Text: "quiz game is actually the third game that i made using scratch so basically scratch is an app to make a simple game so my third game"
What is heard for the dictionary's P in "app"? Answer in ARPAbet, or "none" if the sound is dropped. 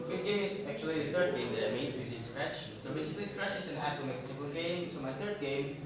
F